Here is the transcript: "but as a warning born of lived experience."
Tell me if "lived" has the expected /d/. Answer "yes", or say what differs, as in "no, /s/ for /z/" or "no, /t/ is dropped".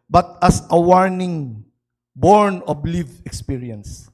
no, /d/ is dropped